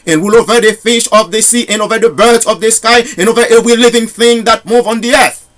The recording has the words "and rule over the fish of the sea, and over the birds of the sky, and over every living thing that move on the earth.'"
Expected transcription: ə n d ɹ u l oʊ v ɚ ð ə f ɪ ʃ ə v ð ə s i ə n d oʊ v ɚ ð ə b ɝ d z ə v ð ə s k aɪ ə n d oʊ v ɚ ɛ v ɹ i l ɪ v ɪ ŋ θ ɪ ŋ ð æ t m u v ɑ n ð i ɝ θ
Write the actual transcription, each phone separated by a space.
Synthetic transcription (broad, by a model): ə n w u l oʊ v ɚ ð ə f ɪ ʃ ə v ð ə s i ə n oʊ v ɚ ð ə b ɝ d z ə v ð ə s k aɪ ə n oʊ v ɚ ɛ v ɹ i l ɪ v ɪ ŋ θ ɪ ŋ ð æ t m u v ɑ n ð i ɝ θ